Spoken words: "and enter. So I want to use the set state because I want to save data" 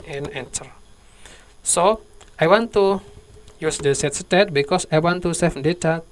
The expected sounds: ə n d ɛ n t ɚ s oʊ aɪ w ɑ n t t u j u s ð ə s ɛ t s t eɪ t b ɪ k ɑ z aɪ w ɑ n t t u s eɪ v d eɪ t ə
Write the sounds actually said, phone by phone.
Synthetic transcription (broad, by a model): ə n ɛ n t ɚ s oʊ aɪ w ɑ n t t u j u s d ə s ɛ t s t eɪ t b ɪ k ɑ s aɪ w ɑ n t t u s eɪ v d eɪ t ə